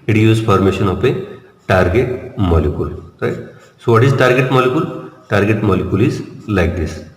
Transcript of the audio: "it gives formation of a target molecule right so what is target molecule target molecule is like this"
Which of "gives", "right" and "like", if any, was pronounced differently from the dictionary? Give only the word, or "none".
gives